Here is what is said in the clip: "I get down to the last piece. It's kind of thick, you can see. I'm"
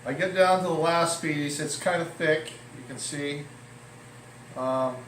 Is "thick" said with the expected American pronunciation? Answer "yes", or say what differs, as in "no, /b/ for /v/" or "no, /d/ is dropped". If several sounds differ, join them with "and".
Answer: yes